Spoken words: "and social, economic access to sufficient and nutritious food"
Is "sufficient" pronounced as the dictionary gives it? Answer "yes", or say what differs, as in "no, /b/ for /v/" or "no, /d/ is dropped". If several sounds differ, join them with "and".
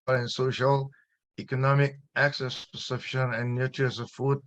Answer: no, /t/ is dropped